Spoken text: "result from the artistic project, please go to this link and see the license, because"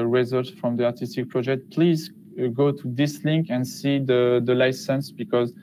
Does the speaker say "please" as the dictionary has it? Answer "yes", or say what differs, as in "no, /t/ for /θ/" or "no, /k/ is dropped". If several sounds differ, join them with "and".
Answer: yes